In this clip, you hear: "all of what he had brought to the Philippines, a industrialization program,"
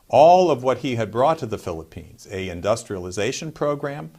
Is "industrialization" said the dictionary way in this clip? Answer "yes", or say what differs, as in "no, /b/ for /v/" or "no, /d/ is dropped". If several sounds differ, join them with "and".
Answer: yes